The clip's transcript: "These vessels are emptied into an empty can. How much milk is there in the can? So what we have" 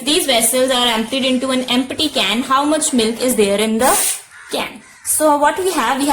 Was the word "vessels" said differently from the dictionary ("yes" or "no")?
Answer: no